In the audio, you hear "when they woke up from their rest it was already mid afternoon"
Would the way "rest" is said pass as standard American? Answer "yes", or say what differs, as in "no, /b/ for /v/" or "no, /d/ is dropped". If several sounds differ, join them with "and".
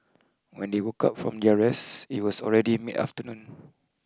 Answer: no, /t/ is dropped